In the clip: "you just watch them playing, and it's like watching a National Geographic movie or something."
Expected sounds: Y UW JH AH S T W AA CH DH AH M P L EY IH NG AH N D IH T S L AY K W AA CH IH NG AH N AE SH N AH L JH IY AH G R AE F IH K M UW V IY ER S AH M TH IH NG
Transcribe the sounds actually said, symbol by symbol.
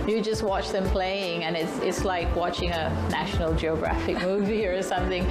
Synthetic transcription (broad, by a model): Y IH JH AH S T W AA CH DH AH M P L EY IH NG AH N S IH T S L AY K W AA CH IH NG AH N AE SH N L JH IY AH G R AE F IH K M UW V IY ER S AH M TH IH NG